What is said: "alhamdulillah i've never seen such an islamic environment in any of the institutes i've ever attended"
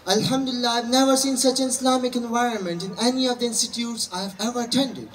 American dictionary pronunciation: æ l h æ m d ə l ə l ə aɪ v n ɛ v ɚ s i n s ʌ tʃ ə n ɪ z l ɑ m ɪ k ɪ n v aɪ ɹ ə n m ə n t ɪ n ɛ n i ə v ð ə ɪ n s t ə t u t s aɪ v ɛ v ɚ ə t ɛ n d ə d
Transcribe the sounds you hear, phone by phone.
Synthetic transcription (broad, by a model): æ l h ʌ m d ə l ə l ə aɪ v n ɛ v ɚ s i n s ʌ tʃ ə n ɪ s l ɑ m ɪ k ɪ n v aɪ ɹ ə n m ə n t ɪ n ɛ n i ə v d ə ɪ n s t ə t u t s aɪ v ɛ v ɚ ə t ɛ n d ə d